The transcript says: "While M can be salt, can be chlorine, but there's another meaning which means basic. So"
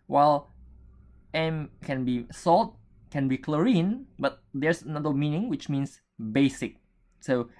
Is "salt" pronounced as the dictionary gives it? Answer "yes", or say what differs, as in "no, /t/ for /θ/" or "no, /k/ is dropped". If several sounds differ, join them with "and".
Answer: yes